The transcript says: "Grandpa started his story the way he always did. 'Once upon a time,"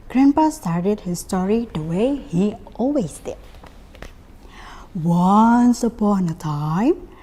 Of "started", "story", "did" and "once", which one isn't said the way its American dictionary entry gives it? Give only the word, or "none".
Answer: none